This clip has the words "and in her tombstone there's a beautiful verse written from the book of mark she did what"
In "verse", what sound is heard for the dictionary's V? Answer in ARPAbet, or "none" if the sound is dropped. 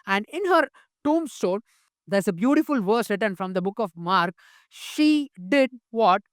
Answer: V